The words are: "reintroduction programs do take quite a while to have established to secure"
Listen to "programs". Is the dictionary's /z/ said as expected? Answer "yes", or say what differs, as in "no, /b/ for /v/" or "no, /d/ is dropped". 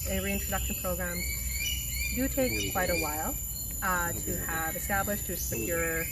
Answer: no, /z/ is dropped